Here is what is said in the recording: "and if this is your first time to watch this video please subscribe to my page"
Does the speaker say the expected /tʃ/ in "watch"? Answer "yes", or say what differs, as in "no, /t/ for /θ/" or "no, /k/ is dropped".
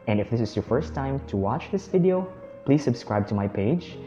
yes